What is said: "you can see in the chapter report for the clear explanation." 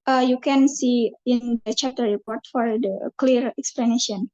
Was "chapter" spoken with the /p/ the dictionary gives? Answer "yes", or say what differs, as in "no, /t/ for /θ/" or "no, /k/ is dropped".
no, /p/ is dropped